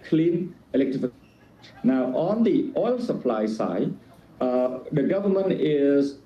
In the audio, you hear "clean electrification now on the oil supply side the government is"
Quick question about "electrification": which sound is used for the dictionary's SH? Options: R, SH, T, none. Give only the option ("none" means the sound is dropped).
none